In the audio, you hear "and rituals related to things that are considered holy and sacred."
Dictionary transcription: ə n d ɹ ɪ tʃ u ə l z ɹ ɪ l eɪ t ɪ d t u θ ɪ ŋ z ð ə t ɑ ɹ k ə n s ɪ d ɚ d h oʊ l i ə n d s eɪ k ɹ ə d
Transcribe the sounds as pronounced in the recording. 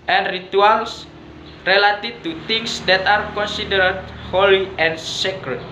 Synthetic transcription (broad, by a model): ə n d ɹ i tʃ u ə l s ɹ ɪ l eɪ t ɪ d t u t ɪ ŋ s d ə t ɑ ɹ k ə n s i d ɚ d h oʊ l i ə n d s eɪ k ɹ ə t